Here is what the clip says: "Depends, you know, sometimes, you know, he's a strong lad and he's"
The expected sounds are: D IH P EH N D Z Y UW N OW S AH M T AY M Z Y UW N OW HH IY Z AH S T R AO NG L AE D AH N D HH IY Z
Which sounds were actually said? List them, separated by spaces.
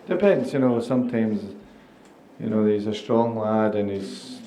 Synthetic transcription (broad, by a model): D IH P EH N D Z Y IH N OW S AH M T AY M Z Y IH N OW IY Z AH S T R AO NG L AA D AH N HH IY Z